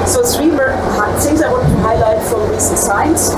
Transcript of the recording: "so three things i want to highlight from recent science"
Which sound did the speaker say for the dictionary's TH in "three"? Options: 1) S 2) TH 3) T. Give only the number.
1